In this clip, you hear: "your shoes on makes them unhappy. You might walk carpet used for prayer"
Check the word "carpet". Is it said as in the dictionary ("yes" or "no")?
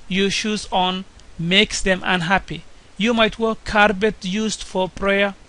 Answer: no